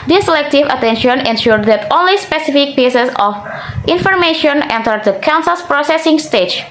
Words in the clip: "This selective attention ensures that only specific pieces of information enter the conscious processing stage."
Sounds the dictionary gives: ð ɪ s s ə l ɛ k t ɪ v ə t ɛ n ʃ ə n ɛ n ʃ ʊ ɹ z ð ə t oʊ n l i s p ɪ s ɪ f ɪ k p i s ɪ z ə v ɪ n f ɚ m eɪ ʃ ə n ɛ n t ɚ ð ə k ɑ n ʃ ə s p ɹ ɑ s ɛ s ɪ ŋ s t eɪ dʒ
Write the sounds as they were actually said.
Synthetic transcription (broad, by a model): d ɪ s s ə l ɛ k t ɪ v ə t ɛ n ʃ ə n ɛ n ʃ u ɹ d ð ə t oʊ n l i s p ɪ s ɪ f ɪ k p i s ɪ s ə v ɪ n f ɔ m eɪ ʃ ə n ɛ n t ɚ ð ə k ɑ n s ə s p ɹ ɑ s ɛ s ɪ ŋ s t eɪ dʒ